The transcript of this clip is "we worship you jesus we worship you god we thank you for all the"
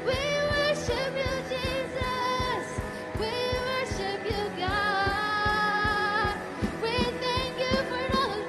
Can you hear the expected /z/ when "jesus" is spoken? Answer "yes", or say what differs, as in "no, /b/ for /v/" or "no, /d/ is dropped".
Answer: yes